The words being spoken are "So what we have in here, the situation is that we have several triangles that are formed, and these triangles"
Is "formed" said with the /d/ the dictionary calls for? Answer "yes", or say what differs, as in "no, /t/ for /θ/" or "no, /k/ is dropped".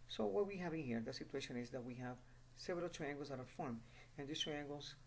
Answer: no, /d/ is dropped